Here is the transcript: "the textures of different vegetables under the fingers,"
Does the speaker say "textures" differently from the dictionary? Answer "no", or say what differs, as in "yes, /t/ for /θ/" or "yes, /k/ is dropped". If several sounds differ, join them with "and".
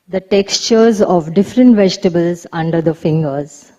no